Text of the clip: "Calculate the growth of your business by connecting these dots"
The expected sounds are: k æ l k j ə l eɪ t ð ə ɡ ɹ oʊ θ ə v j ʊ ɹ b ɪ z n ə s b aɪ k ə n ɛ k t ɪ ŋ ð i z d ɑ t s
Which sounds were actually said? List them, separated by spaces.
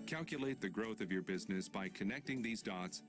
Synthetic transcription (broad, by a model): k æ l k j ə l eɪ t ð ə ɡ ɹ oʊ θ ə v j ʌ ɹ b ɪ z n ə s b aɪ k ə n ɛ k t ɪ ŋ ð i z d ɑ t s